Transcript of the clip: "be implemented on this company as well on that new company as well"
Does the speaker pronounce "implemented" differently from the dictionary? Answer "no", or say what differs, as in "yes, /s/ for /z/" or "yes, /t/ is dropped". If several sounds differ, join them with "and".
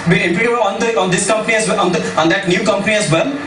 yes, /d/ is dropped